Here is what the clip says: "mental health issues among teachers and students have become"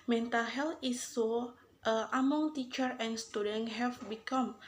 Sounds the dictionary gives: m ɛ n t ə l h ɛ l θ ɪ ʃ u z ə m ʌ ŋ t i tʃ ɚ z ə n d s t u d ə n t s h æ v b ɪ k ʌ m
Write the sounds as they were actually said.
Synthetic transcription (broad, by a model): m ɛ n t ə l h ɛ l t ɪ s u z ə m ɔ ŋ t i tʃ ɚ ə n s t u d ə n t h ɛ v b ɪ k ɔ m